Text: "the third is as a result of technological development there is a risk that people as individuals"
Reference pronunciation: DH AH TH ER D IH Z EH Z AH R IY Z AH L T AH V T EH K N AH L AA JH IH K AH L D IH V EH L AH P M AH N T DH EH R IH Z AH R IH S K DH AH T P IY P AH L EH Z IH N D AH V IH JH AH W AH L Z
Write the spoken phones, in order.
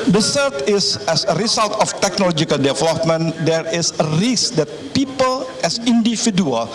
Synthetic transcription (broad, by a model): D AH S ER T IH S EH S AH R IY S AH L T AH F T EH K N AH L AA JH IH K AH L D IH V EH L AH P M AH N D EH R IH S AH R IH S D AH T P IY P AH L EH S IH N D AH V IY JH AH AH L